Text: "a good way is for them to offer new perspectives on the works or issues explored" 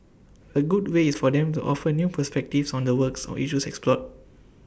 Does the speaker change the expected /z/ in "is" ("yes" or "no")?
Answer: yes